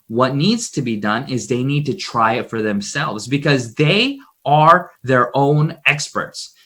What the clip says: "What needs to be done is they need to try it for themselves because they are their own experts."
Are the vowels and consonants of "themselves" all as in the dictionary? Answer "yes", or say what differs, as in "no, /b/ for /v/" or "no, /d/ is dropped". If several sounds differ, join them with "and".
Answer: yes